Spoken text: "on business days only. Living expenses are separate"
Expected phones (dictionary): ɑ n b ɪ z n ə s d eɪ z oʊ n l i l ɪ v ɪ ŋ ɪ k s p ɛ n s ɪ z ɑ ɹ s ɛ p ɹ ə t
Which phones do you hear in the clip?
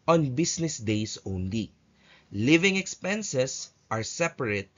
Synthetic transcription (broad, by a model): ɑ n b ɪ s n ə s d eɪ s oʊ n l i l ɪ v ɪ ŋ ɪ k s p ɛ n s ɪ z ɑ ɹ s ɛ p ɹ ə t